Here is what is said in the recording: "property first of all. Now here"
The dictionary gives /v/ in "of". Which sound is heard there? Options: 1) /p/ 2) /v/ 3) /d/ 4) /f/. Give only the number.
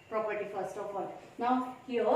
1